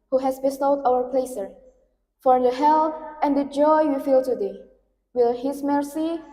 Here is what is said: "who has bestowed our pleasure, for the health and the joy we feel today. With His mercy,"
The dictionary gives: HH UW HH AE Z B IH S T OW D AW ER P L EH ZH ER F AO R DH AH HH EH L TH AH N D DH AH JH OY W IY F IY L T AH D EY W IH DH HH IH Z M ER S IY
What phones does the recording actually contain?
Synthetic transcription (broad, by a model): HH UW HH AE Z B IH S T OW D AW ER P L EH S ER F AO R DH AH HH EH L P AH N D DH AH JH OY W IY F IY L T AH D EY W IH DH HH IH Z M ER S IY